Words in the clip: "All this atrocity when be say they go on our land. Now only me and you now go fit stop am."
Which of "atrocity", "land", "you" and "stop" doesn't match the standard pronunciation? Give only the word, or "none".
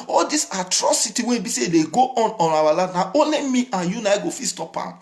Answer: land